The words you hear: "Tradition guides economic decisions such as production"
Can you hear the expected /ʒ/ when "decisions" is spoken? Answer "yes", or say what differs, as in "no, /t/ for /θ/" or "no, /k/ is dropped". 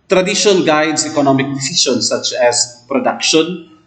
no, /ʃ/ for /ʒ/